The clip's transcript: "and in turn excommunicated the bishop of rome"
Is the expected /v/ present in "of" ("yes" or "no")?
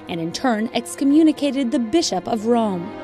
yes